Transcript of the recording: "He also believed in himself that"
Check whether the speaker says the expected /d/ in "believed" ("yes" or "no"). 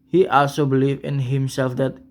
no